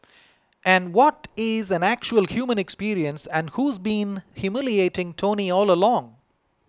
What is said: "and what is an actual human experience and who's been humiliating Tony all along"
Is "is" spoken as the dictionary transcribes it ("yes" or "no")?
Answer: yes